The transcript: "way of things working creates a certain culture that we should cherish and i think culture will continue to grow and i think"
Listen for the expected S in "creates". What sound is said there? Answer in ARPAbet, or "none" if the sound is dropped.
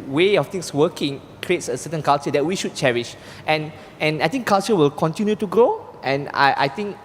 S